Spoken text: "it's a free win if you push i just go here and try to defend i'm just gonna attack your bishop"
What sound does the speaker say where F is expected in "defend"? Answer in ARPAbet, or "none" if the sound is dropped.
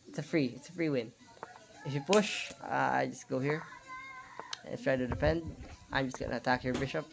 P